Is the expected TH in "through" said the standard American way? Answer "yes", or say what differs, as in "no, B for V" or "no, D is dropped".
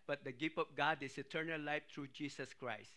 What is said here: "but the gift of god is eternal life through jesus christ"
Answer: no, T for TH